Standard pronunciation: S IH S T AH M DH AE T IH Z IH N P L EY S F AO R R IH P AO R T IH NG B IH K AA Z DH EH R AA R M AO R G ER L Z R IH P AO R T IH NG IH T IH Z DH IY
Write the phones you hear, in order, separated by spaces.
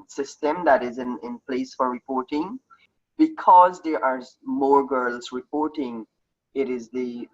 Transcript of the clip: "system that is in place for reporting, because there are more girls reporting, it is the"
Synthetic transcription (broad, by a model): S IH S T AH M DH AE T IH Z IH N P L EY S F AO R R IH P AO R T IH NG B IH K AA Z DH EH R AA R M AO R G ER L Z R IH P AO R T IH NG IH T IH Z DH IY